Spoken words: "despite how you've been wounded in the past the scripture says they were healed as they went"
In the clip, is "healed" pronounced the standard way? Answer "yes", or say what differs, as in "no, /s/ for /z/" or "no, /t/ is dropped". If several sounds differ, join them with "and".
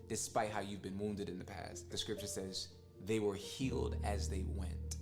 yes